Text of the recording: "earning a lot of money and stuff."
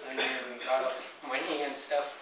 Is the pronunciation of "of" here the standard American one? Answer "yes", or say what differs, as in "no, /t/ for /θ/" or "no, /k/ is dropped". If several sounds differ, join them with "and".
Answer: no, /p/ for /v/